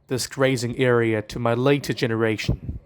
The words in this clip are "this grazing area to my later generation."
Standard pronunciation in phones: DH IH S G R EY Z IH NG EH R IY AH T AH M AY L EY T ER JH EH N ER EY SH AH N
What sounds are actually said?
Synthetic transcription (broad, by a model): DH IH S G R EY Z IH NG EH R IY AH T AH M AY L EY T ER JH EH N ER EY SH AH N